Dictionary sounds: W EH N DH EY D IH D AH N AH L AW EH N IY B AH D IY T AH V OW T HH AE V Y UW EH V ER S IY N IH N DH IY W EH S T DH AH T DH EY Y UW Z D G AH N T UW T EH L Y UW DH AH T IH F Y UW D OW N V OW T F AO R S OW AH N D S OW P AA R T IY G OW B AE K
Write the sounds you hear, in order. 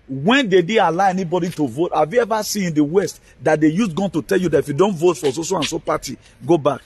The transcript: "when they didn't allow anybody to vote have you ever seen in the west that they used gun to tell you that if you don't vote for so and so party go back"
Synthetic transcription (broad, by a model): W EH N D EY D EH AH L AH IH EH N IY B AH D IY T AH V OW T HH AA V Y UW EH V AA S IY N IH N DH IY W EH S T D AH T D EY Y UW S G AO N T UW T EH L Y UW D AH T IH F Y UW D OW N V OW T F AO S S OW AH N S OW P AA T IY G OW B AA K